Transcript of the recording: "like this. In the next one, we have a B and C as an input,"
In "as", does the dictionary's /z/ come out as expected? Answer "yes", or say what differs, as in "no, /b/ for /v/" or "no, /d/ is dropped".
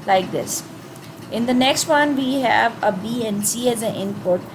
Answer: yes